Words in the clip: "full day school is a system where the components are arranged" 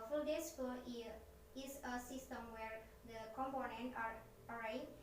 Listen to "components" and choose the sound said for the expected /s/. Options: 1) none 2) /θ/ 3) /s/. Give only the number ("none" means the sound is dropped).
1